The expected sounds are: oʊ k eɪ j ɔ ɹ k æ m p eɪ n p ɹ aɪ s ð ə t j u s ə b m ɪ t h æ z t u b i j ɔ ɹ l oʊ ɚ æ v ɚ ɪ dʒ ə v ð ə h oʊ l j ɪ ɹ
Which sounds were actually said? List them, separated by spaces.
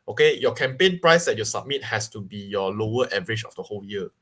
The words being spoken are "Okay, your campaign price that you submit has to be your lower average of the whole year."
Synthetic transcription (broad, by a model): oʊ k eɪ j ɔ k æ m p eɪ n p ɹ aɪ s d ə t j u s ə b m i t h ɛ s t u b i j ɔ l oʊ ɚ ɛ v ɚ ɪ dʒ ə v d ə h oʊ l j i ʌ